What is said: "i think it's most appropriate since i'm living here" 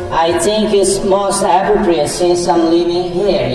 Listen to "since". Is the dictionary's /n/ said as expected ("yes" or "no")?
no